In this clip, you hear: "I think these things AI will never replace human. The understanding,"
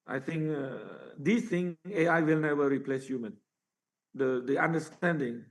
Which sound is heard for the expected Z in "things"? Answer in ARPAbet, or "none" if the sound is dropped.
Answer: none